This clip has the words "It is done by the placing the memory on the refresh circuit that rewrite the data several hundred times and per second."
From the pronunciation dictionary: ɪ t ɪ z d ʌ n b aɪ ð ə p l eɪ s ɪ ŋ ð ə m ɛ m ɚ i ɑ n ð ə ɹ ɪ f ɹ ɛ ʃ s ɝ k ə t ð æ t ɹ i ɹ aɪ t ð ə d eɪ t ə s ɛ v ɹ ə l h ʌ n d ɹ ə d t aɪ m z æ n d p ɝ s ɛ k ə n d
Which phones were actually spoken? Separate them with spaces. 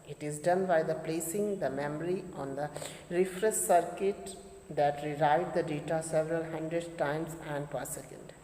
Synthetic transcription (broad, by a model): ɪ t ɪ z d ʌ n b aɪ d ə p l eɪ s ɪ ŋ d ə m ɛ m ɚ i ɑ n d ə ɹ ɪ f ɹ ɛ s s ɝ k ə t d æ t ɹ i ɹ aɪ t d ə d eɪ t ə s ɛ v ɹ ə l h ʌ n d ɹ ə d t aɪ m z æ n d p ɝ s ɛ k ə n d